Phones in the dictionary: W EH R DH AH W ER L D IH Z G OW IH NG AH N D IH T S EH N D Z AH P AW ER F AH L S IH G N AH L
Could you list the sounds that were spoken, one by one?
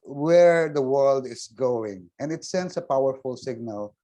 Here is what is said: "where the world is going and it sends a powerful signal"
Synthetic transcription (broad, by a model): W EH R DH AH W ER L D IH S G OW IH NG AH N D IH T S EH N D S AH P AW ER F AH L S IH G N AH L